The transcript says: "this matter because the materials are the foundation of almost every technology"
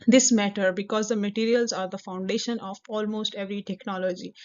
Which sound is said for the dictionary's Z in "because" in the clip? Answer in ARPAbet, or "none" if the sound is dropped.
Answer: Z